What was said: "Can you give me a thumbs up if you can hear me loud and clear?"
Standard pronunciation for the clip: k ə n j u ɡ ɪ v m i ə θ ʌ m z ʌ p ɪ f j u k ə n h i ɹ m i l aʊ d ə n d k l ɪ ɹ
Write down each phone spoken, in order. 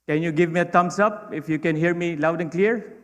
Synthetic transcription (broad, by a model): k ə n j u ɡ ɪ v m i ə t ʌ m s ʌ p ɪ f j u k ə n h i ɹ m i l aʊ d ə n k l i ɹ